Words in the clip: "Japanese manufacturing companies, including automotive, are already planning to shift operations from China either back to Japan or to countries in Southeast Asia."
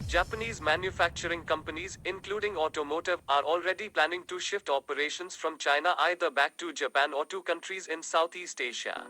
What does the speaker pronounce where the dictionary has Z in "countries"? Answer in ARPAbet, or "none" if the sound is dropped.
Z